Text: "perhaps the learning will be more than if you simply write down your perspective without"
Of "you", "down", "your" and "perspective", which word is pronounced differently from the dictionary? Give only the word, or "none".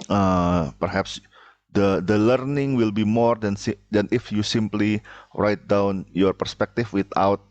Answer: perspective